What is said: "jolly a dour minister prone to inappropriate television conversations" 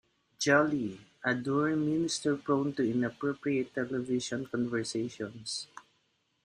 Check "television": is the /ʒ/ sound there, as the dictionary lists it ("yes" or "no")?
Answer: no